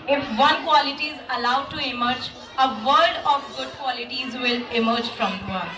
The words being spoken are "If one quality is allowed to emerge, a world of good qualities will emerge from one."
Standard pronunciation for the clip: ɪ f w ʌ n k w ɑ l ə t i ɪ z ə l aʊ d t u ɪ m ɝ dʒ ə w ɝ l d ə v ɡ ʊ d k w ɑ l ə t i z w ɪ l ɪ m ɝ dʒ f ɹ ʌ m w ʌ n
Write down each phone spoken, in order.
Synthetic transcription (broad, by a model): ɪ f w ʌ n k w ɑ l ə t i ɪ z ə l aʊ d t u ɪ m ɝ dʒ ə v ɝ d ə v ɡ ʊ d k w ɑ l ə t i z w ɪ l ɪ m ɝ dʒ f ɹ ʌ m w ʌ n